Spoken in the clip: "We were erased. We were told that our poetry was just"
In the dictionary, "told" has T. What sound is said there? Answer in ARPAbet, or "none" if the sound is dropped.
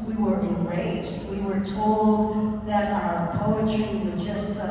T